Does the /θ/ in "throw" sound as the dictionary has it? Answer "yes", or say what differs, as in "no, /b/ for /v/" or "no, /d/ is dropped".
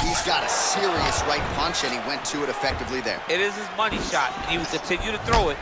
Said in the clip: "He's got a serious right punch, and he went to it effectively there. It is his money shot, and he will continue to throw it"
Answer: yes